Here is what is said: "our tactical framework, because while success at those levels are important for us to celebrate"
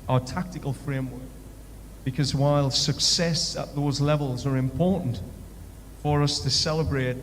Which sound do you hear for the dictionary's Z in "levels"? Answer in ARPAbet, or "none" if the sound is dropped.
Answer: Z